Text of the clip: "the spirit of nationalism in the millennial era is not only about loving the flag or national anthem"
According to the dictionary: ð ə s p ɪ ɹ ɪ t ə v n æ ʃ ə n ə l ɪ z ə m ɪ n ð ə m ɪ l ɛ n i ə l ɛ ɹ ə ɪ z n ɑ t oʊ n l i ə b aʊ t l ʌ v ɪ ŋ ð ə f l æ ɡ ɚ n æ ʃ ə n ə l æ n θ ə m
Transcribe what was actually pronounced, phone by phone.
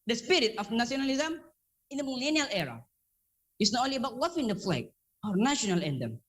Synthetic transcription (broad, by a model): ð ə s p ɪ ɹ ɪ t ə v n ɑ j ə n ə l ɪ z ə m ɪ n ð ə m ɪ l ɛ n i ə l ɛ ɹ ə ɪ s n ɑ t oʊ n l i ə b aʊ t w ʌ f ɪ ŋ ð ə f l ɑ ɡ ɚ n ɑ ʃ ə n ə l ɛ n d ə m